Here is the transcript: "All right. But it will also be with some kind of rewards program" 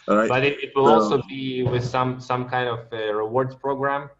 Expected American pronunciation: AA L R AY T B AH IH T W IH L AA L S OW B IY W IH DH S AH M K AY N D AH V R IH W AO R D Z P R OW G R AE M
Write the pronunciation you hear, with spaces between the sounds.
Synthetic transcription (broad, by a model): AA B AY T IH IH T W IH L AA L S OW B IY W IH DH S AH M K AY N D AH V R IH W AO R D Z P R OW G R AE M